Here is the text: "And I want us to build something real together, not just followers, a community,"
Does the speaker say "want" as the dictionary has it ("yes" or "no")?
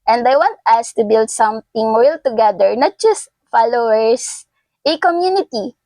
yes